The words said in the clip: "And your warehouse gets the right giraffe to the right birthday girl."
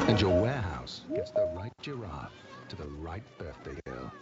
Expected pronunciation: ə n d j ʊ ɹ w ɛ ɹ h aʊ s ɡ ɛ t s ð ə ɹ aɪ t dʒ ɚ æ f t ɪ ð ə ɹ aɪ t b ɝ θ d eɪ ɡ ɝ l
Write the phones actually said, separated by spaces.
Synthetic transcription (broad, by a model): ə n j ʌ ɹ w ɛ ɹ h aʊ s ɡ ɛ t s ð ə ɹ aɪ t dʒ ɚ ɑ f t ɪ ð ə ɹ aɪ t b ɝ θ d eɪ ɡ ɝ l